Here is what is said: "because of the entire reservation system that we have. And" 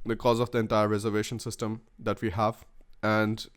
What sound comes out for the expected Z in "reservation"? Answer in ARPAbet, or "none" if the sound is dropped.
Z